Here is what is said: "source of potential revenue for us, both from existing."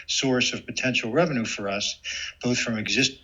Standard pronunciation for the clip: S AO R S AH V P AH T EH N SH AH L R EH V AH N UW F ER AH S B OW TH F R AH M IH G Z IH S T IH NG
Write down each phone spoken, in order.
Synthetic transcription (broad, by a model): S AO R S AH V P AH T EH N SH L R EH V AH N UW F ER AH S B OW TH F R AH M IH G Z IH S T